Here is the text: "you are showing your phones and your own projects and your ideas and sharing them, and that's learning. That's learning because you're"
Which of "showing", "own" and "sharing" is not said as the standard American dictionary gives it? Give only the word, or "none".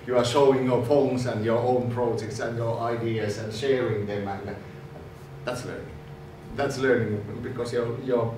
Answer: none